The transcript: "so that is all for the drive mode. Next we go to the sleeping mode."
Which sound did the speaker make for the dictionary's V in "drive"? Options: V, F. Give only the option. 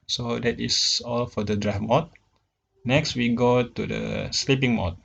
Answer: F